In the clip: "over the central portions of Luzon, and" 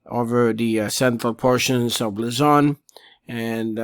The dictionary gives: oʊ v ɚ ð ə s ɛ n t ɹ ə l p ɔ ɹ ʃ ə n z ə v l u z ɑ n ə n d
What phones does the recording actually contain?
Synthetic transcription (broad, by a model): oʊ v ɚ ð ə s ɛ n t ɹ ə l p ɔ ɹ ʃ ə n z ə v l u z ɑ n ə n